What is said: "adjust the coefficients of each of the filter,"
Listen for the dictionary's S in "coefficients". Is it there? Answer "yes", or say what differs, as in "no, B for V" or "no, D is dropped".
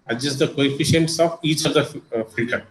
yes